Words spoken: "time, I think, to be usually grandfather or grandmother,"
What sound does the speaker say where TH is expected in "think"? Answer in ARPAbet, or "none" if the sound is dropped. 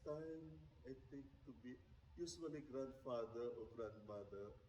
T